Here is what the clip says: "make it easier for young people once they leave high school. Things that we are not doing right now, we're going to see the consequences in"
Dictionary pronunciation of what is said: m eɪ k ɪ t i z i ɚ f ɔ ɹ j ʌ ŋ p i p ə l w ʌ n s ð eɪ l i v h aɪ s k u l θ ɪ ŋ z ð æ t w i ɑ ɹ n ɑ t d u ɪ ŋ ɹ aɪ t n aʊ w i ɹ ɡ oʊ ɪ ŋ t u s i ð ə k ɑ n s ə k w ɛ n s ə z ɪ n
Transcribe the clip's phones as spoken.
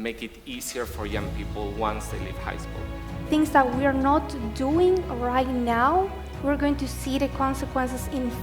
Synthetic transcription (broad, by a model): m eɪ k ɪ t i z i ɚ f ɔ ɹ j ʌ ŋ p i p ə l w ʌ n s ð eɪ l i v h aɪ s k u l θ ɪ ŋ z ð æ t w i ɑ ɹ n ɑ t d u ɪ ŋ ɹ aɪ t n aʊ w i ɹ ɡ oʊ ɪ ŋ t u s i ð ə k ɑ n s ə k w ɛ n s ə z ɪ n